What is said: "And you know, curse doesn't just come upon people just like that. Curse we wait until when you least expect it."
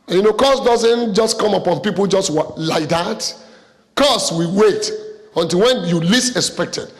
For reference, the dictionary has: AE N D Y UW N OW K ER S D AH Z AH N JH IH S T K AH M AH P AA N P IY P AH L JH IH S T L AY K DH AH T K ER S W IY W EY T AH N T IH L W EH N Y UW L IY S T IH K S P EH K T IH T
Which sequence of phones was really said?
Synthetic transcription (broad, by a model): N Y UW N OW K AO S D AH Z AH N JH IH S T K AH M AH P AA N P IY P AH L JH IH S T L AY K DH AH T K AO S W IY W EY T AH N T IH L W EH N Y UW L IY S IH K S P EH K T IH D